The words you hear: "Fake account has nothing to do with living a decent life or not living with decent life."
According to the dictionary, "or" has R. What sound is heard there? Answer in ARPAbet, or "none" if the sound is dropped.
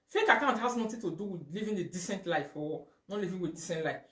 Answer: W